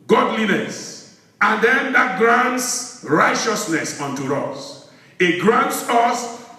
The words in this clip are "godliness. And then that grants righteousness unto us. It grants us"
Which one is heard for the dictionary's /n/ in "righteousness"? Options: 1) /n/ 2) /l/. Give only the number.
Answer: 1